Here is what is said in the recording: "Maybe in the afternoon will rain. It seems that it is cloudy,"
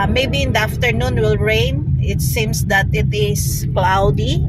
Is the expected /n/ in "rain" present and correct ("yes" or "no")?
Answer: yes